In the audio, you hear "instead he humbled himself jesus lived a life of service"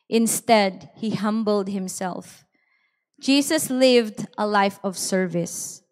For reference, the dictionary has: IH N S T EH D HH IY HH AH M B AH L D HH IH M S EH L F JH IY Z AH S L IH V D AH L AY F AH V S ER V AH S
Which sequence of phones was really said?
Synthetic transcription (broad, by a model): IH N S T EH D HH IY HH AH M B AH L D HH IH M S EH L F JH IY S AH S L IH V D AH L AY F AH V S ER V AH S